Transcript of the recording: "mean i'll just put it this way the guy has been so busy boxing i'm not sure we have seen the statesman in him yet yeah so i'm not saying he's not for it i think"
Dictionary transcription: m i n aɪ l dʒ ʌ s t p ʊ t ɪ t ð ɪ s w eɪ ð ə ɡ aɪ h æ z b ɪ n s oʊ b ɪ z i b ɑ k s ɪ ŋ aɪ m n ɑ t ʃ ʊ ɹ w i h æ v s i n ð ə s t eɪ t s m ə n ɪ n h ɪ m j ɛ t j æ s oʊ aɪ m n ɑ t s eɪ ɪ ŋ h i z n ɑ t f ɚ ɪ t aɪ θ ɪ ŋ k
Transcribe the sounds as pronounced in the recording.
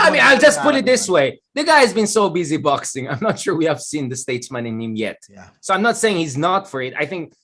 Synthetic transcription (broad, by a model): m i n aɪ l dʒ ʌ s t p ʊ t ɪ t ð ɪ s w eɪ ð ə ɡ aɪ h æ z b ɪ n s oʊ b ɪ z i b ɑ k s ɪ ŋ aɪ m n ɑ t ʃ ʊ ɹ w i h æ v s i n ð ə s t eɪ t s m ə n ɪ n h ɪ m j ɛ t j s oʊ aɪ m n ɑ t s eɪ ɪ ŋ h i z n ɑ t f ɚ ɪ t aɪ θ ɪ ŋ k